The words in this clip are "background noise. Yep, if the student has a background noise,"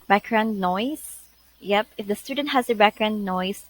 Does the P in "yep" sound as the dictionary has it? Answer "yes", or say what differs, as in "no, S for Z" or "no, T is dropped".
yes